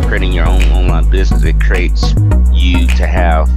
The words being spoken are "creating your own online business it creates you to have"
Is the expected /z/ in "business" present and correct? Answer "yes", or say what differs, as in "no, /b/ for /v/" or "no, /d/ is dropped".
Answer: yes